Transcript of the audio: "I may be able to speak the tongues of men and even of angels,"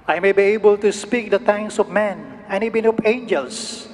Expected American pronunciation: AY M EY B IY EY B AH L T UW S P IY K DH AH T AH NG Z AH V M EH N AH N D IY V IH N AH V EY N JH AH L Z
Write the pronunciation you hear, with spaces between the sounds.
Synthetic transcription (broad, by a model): AY M EY B IY EY B AH L T UW S P IY K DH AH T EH NG S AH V M EH N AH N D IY B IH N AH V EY N JH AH L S